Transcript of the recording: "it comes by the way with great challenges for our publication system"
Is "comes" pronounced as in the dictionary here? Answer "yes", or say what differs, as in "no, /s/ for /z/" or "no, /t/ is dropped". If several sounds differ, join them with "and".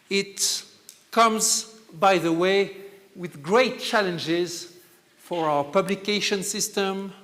yes